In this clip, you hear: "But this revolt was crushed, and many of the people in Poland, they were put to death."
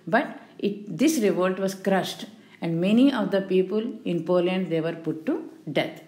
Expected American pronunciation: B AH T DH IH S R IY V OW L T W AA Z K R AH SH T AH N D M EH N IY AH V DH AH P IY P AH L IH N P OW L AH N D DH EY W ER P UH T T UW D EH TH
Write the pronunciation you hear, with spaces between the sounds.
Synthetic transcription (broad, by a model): B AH T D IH S R IY V OW L T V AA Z K R AH SH T AH N D M EH N IY AH V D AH P IY P AH L IH N P OW L AH N D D EY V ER P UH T T UW D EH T